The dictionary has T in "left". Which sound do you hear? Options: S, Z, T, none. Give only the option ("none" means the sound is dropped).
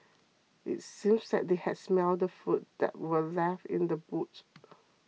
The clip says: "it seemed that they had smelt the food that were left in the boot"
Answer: none